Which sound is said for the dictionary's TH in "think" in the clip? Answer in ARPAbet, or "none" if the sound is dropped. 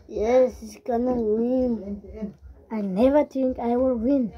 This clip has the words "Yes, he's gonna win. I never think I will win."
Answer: T